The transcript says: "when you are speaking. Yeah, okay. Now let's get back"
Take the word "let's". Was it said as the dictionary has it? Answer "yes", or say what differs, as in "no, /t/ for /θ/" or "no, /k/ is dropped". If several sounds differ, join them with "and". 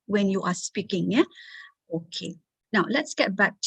yes